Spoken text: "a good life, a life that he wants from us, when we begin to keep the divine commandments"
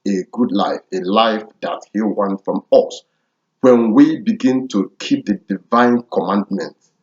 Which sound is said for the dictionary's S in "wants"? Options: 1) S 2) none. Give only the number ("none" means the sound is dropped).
2